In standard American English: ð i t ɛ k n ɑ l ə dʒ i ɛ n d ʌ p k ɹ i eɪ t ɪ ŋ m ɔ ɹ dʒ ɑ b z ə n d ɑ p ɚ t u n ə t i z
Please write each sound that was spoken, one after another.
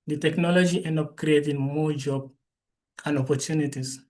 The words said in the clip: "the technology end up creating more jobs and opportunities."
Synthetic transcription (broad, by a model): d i t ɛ k n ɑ l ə dʒ i ɛ n d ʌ p k ɹ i eɪ t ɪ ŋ m ɔ dʒ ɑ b ə n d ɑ p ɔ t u n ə t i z